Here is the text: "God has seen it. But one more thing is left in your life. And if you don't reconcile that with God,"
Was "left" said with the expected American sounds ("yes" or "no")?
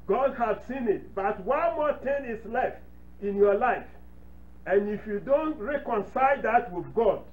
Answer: yes